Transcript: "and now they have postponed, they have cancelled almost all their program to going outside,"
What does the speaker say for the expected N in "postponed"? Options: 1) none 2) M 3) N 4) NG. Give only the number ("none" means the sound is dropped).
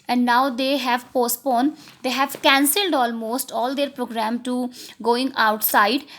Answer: 3